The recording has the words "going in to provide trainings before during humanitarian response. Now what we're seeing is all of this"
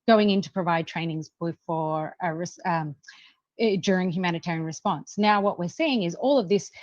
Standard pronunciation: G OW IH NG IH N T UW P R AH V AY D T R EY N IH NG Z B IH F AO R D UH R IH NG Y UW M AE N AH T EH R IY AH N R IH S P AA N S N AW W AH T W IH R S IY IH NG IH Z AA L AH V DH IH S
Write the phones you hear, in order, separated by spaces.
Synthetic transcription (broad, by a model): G OW IH NG IH N T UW P R AH V AY D T R EY N IH NG Z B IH F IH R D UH R IH NG Y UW M AE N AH T EH R IY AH N R IH S P AA N S N AW W AH T W IH R S IY IH NG IH Z AA L AH V DH IH S